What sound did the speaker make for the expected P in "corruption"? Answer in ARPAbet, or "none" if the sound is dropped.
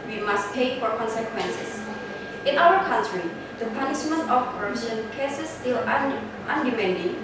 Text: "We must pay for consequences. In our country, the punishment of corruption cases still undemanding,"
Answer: none